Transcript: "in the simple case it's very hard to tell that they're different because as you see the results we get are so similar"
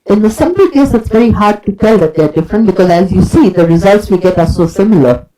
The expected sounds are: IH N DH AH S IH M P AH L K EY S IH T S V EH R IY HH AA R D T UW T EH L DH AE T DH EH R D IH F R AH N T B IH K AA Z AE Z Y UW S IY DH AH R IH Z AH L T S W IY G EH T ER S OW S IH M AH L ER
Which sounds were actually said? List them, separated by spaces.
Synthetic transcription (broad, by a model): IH N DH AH S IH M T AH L K EY S IH T S V EH R IY HH AA R D T UW T EH L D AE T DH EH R D IH F R AH N T B IH K AA Z AE Z Y UW S IY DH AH R IH Z AH L T S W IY G EH T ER S OW S IH M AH L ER